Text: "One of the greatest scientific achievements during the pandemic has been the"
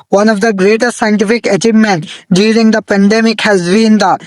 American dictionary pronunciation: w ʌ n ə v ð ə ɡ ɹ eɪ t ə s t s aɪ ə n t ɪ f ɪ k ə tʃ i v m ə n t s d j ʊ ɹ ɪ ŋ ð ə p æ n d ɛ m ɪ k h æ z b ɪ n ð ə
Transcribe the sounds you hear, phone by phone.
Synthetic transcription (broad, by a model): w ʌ n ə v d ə ɡ ɹ eɪ t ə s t s aɪ ə n t ɪ f ɪ k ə tʃ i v m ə n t d j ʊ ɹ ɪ ŋ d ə p æ n d ɛ m ɪ k h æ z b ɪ n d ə